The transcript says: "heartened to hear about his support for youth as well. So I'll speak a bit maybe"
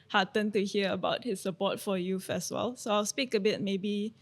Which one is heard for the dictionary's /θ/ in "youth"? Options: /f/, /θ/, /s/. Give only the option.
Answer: /f/